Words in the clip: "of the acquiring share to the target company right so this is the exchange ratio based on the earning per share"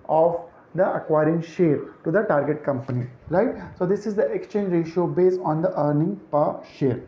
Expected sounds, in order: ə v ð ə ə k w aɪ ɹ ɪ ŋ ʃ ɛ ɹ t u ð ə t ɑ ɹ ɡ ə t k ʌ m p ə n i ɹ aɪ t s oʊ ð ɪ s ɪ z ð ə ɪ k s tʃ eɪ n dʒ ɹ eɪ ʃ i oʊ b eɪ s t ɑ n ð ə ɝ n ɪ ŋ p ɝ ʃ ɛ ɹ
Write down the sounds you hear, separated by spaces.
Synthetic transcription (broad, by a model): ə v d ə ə k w aɪ ɹ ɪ ŋ ʃ ɛ ɹ t u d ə t ɑ ɹ ɡ ə t k ʌ m p ə n i ɹ aɪ t s oʊ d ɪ s ɪ z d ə ɪ k s tʃ eɪ n dʒ ɹ eɪ ʃ i oʊ b eɪ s ɑ n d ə ɝ n ɪ ŋ p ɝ ʃ ɛ ɹ